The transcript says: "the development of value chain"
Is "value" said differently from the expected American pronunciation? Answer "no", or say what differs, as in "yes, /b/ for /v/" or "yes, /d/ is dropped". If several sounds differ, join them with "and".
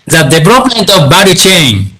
yes, /b/ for /v/